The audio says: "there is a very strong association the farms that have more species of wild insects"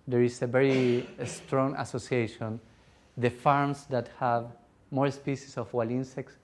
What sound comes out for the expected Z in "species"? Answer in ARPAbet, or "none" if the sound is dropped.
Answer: S